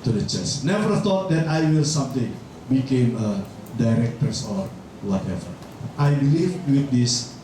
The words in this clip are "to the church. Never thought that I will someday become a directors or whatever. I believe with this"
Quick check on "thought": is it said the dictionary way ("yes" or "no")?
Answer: no